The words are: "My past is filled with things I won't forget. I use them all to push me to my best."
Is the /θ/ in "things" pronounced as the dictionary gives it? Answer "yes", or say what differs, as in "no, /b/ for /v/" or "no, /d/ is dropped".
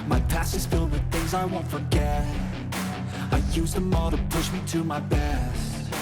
yes